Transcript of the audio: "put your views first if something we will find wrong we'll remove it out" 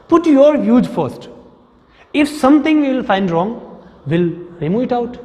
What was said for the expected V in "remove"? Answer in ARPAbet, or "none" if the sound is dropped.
none